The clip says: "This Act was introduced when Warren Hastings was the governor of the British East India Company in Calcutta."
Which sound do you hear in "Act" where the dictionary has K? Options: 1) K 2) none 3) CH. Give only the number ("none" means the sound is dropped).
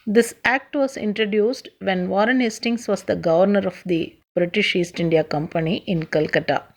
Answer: 1